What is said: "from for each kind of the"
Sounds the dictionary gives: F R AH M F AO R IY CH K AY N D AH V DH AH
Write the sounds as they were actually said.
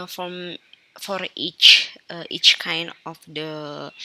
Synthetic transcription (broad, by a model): F R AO M F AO R IY CH K AY N D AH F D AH